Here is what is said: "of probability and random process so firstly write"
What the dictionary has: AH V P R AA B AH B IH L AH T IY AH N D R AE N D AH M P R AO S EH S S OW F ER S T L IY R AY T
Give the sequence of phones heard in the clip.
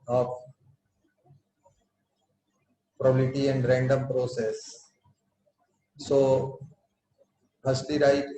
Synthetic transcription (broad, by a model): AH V P R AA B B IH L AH T IY AH N D R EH N D AH M P R AO S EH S S OW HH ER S T IY R AY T